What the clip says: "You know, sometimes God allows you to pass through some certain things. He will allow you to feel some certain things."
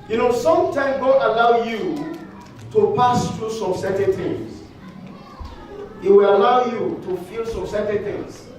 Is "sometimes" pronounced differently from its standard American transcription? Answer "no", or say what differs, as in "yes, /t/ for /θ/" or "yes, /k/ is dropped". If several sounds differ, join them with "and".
yes, /z/ is dropped